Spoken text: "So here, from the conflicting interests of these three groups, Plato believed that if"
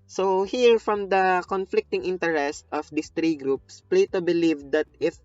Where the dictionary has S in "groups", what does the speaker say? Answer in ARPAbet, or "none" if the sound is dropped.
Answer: S